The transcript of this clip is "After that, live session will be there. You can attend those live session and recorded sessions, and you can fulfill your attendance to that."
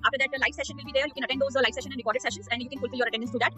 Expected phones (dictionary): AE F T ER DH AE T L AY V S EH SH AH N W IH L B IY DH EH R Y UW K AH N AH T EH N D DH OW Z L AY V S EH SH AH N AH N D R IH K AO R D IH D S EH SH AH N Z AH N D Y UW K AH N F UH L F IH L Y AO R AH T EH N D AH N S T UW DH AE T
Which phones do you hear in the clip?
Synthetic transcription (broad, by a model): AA F T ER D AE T L AY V S EH SH AH N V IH L B IY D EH R Y UW K AH N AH T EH D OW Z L AY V S EH SH AH N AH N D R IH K AO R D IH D S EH SH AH N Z AH N D Y UW K AH N F UH L F IH L Y AO R AH T EH N D AH N S T UW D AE T